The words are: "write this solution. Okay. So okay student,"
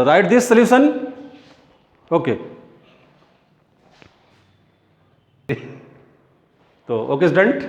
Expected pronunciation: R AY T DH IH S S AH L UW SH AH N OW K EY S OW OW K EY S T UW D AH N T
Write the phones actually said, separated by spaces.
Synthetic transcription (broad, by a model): R AY T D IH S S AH L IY S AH N OW K EY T OW OW K EY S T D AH N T